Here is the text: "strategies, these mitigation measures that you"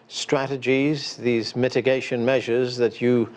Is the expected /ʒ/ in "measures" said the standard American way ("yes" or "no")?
yes